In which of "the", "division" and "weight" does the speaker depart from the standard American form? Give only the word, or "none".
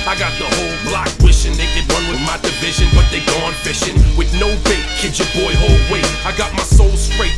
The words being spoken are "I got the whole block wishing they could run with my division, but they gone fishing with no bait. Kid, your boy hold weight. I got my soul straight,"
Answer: weight